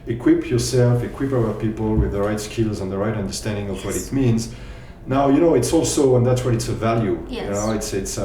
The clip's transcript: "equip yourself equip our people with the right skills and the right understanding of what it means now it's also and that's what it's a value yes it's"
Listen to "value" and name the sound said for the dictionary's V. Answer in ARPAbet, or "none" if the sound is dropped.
V